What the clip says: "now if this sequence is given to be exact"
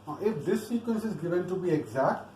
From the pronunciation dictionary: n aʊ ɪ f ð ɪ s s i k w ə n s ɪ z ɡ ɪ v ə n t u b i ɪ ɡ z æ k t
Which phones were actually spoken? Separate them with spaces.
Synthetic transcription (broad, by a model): ɪ f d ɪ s s i k w ə n s ɪ z ɡ ɪ v ə n t u b i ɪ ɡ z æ k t